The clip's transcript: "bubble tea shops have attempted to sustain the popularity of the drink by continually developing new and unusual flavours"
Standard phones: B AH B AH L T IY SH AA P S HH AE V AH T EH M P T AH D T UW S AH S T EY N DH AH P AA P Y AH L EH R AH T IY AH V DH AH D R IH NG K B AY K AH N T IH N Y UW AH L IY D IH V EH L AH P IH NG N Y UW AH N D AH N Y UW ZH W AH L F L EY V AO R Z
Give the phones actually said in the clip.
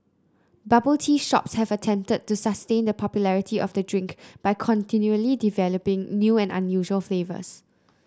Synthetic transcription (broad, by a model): B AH B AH L T IY SH AA P S HH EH V AH T EH M P T AH D T UW S AH S T EY N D AH P AA P Y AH L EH R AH T IY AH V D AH D R IH NG K B AY K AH N T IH N Y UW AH L IY D IH V EH L AH P IH NG N Y UW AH N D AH N Y UW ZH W AH L F L EY V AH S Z